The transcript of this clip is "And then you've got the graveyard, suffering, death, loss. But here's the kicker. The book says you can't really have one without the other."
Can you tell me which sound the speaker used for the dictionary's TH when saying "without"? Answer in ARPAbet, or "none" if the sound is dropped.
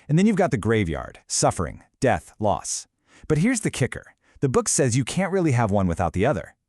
TH